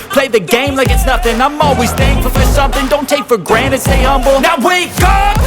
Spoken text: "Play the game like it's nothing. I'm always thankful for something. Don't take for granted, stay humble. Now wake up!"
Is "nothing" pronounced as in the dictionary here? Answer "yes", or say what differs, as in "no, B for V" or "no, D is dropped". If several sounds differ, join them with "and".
yes